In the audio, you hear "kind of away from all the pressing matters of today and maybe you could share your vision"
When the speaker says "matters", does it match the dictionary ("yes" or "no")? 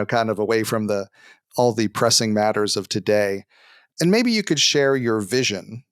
yes